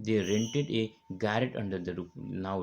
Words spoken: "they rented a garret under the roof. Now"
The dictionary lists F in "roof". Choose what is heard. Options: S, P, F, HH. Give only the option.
P